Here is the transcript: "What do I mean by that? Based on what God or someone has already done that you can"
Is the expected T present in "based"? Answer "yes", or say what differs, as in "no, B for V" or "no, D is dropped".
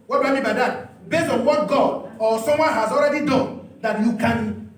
no, T is dropped